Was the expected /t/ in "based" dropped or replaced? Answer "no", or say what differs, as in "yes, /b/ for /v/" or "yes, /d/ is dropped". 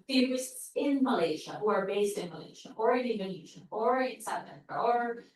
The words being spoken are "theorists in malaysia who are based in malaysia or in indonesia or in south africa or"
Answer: no